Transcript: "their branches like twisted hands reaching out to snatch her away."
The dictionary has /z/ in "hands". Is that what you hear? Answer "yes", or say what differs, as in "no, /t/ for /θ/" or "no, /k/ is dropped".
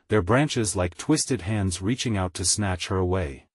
yes